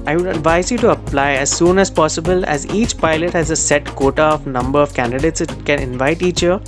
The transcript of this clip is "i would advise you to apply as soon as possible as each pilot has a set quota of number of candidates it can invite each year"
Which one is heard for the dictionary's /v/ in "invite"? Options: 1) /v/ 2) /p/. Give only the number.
1